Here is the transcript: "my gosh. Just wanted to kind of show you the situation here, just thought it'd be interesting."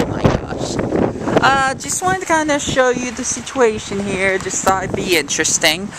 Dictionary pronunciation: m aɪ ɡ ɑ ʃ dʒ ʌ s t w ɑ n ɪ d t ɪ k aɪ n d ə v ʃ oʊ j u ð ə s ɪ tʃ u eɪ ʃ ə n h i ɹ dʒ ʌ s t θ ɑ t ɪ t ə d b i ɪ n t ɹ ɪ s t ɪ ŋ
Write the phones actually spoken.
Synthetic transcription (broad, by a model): m aɪ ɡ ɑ ʃ dʒ ʌ s t w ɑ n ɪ t ɪ k aɪ n d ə ʃ oʊ j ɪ ð ə s ɪ tʃ u eɪ ʃ ə n h i ɹ dʒ ʌ s t s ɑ ɪ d b i ɪ n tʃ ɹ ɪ s t ɪ ŋ